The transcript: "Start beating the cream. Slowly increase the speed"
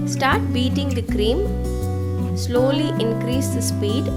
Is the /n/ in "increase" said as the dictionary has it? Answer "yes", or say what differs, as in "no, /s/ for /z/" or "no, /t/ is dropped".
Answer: yes